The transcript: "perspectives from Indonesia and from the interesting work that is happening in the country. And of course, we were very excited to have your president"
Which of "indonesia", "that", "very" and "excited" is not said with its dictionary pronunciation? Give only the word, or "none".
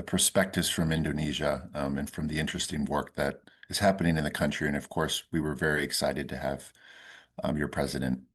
none